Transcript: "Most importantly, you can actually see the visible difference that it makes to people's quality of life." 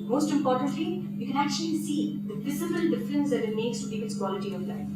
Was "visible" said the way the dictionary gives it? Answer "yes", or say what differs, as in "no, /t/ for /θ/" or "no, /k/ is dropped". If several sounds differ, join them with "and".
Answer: no, /f/ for /v/